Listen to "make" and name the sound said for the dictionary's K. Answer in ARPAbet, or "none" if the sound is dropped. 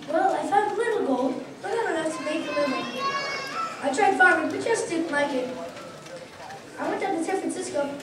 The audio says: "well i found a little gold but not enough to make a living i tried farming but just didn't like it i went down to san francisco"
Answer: none